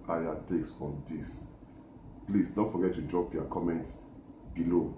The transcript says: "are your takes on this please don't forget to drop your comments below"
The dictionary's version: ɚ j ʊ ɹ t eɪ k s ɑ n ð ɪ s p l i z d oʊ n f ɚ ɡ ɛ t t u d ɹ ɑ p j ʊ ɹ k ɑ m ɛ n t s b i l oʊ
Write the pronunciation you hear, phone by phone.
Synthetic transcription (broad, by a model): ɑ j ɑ t eɪ k s ɑ n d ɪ s p l i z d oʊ f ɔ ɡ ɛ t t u d ɹ ɑ p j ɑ k ɑ m ɛ n t s b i l oʊ